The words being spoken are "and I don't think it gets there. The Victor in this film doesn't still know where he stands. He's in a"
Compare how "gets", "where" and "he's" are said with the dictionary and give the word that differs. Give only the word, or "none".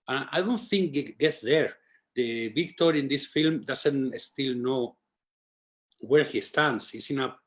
he's